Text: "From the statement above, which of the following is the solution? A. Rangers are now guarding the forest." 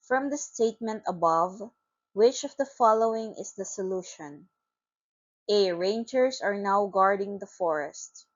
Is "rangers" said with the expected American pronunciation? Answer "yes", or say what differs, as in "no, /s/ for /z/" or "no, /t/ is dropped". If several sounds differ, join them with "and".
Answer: no, /s/ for /z/